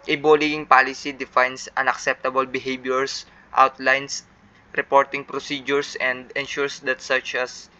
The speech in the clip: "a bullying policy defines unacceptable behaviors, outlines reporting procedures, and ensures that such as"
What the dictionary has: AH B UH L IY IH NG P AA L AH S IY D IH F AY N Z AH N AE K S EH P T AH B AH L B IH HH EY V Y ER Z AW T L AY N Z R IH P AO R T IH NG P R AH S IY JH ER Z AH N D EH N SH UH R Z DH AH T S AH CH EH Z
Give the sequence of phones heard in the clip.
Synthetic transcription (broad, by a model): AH B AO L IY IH NG P AA L AH S IY D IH F AY N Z AH N AE K S EH P T AH B AH L B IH HH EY B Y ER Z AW T L AY N S R IH P AO R T IH NG P R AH S IY JH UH S AH N D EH N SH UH R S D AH T S AH CH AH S